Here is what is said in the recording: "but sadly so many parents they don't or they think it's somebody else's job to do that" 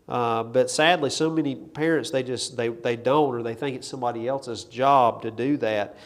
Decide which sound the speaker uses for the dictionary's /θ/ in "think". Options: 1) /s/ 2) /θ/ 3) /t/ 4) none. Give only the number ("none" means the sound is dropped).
2